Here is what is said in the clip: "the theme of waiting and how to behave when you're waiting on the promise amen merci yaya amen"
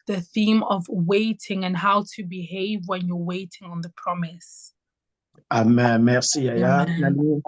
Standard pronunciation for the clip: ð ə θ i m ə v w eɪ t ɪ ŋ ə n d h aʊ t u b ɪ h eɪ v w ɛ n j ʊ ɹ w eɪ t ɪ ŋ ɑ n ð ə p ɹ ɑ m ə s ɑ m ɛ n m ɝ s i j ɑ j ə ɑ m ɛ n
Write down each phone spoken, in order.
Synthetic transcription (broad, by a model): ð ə θ i m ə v w eɪ t ɪ ŋ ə n h aʊ t u b ɪ h eɪ v w ɛ n j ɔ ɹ w eɪ t ɪ ŋ ɑ n ð ə p ɹ ɑ m ə s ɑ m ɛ m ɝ s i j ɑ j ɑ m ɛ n